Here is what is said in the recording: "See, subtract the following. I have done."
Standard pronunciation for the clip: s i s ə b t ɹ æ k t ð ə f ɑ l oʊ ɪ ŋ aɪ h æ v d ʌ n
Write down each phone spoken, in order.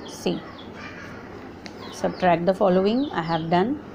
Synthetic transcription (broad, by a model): s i s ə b t ɹ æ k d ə f ɑ l oʊ ɪ ŋ aɪ h æ v d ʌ n